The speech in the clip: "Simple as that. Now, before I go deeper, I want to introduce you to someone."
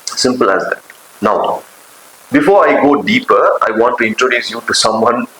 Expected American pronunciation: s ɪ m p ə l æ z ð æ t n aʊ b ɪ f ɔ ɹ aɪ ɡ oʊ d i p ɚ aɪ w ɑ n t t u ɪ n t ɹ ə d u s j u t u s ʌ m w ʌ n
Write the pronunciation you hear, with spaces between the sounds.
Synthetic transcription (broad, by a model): s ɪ m p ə l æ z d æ t n aʊ b ɪ f ɔ ɹ aɪ ɡ oʊ d i p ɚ aɪ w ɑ n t t u ɪ n t ɹ ə d u s j u t u s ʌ m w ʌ n